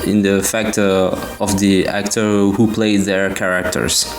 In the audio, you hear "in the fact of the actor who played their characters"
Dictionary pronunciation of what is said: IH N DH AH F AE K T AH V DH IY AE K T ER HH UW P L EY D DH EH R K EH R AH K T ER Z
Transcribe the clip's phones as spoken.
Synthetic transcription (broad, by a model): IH N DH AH F AE K T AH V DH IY AE K T ER HH UW P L EY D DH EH R K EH R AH K T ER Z